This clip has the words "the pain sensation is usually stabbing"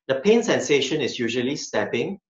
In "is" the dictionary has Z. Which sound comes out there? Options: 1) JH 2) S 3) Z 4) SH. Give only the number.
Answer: 2